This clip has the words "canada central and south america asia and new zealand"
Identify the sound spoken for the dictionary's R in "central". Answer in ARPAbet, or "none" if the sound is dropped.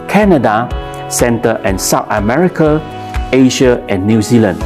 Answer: none